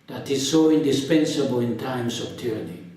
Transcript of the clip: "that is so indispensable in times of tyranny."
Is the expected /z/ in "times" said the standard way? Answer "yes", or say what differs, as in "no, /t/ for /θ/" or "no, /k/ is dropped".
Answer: no, /s/ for /z/